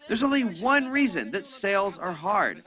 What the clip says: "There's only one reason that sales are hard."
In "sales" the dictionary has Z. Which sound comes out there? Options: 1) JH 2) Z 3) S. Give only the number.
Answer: 2